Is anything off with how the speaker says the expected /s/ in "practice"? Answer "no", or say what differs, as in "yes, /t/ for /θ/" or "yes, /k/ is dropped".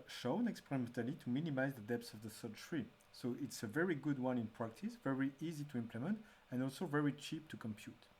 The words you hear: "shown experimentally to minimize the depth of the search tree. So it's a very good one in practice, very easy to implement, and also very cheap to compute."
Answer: no